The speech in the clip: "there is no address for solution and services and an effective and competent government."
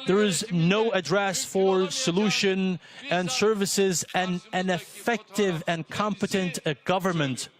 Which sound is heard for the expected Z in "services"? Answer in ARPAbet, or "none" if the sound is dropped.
Z